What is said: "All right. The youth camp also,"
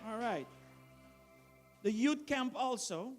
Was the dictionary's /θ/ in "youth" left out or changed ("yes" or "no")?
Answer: yes